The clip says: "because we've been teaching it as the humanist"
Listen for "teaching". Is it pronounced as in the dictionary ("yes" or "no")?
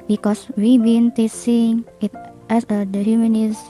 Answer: no